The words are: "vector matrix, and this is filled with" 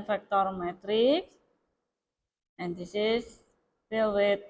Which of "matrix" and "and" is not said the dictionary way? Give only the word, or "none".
none